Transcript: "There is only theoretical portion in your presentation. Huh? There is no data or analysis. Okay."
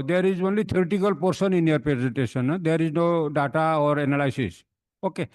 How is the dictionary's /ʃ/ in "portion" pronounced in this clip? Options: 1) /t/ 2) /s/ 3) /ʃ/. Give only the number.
2